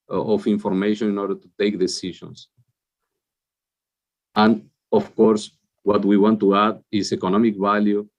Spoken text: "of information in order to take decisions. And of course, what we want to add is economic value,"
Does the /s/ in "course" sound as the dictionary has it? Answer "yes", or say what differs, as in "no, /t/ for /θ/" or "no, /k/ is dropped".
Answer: yes